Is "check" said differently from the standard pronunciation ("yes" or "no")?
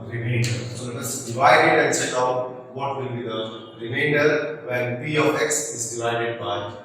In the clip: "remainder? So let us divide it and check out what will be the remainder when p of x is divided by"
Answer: yes